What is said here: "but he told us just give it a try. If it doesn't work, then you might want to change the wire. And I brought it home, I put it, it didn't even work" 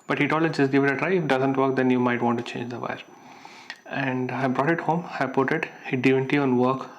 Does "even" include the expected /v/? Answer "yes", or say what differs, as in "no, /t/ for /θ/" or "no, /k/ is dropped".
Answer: no, /v/ is dropped